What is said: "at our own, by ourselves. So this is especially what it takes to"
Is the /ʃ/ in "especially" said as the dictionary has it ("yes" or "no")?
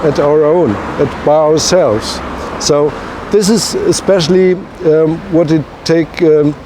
yes